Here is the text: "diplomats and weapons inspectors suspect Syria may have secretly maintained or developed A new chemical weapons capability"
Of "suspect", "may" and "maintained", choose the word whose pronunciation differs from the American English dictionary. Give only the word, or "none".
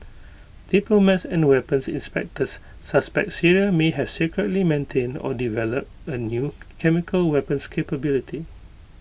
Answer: none